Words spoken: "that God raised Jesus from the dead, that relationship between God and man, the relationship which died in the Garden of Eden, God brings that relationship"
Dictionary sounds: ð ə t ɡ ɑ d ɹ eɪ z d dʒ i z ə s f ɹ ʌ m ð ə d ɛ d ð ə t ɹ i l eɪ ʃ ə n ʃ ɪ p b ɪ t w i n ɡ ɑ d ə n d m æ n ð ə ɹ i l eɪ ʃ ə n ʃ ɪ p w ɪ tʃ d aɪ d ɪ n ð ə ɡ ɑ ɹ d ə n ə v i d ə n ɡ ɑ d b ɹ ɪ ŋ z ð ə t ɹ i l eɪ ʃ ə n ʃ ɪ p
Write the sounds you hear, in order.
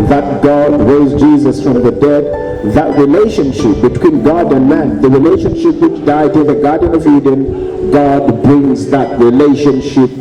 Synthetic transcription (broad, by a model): ð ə t ɡ ɑ d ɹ eɪ z dʒ i z ə s f ɹ ʌ m ð ə d ɛ d ð ə t ɹ i l eɪ ʃ ə n ʃ ɪ p b ɪ t w i n ɡ ɑ d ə n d m æ n ð ə ɹ i l eɪ ʃ ə n ʃ ɪ p w ɪ tʃ d aɪ d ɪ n ð ə ɡ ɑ ɹ d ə n ə v i d ə n ɡ ɑ d b ɹ ɪ ŋ z ð ə t ɹ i l eɪ ʃ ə n ʃ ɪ p